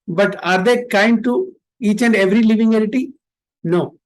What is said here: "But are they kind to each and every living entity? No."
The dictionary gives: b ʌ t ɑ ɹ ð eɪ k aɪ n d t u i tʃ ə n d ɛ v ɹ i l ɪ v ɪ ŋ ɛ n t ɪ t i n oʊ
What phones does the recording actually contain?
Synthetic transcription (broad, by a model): b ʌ t ɑ ɹ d eɪ k aɪ n d t u i tʃ ə n d ɛ v ɹ i l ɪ v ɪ ŋ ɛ t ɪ t i n oʊ